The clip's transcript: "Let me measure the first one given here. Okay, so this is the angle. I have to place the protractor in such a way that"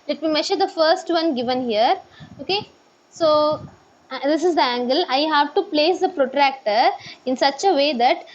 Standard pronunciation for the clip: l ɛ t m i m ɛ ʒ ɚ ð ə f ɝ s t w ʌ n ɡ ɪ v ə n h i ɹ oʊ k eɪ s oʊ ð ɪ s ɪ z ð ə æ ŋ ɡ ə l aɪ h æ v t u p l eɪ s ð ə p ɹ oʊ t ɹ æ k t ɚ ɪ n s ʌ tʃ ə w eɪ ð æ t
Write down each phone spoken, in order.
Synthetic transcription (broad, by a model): l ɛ t m i m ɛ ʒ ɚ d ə f ɝ s t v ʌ n ɡ ɪ v ə n h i ɹ oʊ k eɪ s oʊ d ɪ s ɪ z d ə æ ŋ ɡ ə l aɪ h æ v t u p l eɪ s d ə p ɹ oʊ t ɹ æ k t ɚ ɪ n s ʌ tʃ ə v eɪ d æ t